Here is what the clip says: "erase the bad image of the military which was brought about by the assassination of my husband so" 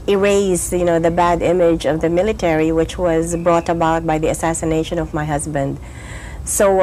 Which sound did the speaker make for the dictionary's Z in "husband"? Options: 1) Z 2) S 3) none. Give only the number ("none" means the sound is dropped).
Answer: 1